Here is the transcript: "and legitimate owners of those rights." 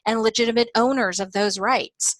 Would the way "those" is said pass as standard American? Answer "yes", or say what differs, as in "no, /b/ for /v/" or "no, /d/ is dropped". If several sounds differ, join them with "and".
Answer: yes